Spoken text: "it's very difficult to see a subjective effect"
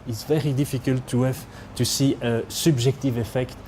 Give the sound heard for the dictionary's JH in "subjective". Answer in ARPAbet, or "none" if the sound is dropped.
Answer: ZH